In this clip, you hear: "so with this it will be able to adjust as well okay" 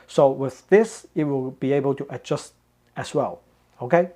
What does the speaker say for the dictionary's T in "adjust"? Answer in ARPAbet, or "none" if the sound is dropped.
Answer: T